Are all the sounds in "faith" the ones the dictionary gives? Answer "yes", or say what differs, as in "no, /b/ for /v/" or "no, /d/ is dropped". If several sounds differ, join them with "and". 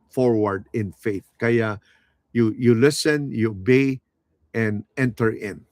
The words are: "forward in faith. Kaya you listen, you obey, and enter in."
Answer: yes